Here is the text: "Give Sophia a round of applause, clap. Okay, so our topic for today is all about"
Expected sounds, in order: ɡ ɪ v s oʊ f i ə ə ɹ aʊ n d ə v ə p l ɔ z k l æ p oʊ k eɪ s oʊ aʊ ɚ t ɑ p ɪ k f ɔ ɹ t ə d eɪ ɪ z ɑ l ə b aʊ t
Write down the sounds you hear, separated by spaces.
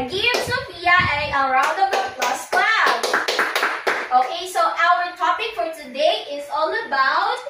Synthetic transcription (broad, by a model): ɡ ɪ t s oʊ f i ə ə ɹ aʊ n d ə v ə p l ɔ s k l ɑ b oʊ k eɪ s oʊ aʊ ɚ t ɑ p ɪ k f ɔ ɹ t ə d eɪ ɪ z ɑ l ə b aʊ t